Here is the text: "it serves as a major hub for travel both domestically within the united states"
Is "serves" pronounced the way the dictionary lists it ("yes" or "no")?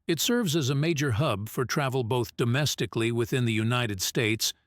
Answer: yes